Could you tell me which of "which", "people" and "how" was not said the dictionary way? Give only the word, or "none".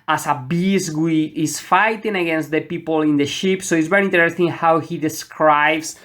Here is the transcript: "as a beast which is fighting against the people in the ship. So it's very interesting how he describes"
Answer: which